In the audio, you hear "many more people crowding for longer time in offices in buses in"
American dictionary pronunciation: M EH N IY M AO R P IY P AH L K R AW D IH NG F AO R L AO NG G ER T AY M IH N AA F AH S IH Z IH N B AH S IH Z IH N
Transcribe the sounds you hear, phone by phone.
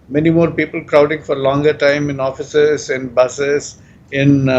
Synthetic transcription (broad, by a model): M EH N IY M AO R P IY P AH L K R AW D IH NG F AO R L AO NG G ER T AY M IH N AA F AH S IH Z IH N B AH S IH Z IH N